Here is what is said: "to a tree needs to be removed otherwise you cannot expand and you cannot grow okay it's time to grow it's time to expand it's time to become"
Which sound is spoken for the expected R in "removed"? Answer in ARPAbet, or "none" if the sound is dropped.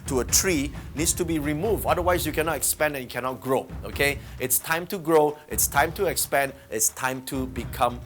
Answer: R